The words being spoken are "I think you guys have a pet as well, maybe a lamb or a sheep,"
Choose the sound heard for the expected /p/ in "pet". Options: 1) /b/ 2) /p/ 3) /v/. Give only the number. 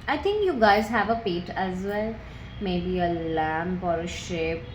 2